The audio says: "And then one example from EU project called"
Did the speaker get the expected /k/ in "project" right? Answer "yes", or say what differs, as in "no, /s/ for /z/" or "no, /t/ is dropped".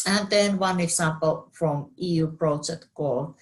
no, /k/ is dropped